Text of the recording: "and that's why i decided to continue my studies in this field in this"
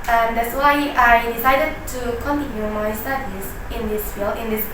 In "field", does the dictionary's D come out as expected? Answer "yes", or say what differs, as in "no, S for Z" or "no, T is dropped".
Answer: no, D is dropped